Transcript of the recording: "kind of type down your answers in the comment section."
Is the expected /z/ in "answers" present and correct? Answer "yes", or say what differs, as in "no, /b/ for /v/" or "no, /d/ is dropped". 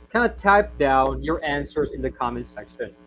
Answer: yes